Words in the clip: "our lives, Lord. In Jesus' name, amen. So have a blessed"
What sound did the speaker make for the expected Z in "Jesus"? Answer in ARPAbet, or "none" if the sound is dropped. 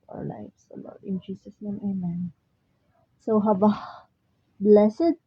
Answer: S